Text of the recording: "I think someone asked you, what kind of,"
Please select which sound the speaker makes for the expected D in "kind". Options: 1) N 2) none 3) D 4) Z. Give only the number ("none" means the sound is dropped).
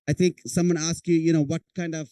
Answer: 3